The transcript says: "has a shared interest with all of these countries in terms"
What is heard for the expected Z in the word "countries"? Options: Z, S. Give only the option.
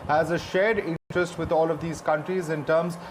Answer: Z